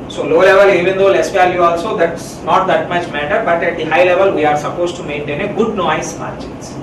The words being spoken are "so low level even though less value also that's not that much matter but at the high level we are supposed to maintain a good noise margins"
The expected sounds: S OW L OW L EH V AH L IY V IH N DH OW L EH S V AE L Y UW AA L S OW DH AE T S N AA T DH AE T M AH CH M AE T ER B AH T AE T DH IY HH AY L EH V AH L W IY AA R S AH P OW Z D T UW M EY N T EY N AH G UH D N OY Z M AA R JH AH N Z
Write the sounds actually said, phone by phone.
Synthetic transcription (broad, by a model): S OW L OW L EH V AH L IY V IH N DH OW L EH S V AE L Y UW AA L S OW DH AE T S N AA T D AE T M AH CH M AE T ER B AH T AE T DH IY HH AY L EH V AH L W IY AA R S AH P OW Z T UW M EY N T EY N AH G UH D N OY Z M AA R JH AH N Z